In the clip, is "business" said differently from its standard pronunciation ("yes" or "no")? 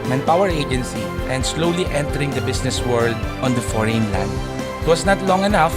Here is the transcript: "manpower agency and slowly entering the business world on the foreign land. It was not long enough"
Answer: yes